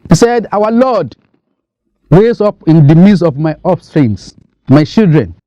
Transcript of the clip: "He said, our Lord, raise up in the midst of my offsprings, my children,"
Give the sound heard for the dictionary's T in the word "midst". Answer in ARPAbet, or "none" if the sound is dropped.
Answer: none